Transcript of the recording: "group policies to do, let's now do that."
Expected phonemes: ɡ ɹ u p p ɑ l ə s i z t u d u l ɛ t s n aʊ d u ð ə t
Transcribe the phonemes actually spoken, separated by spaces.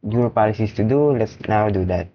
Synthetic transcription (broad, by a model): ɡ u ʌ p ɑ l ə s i s t u d u l ɛ t s n aʊ d u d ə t